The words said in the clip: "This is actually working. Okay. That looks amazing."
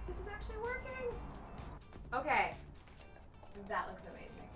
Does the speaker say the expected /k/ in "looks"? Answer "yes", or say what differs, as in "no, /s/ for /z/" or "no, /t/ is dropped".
yes